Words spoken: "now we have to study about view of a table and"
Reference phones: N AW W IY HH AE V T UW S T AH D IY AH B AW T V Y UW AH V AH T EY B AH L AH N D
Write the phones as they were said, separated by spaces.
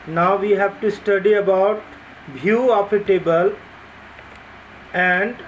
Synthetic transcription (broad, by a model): N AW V IY HH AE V T UW S T AH D IY AH B AW T B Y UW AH P AH T EY B AH L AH N D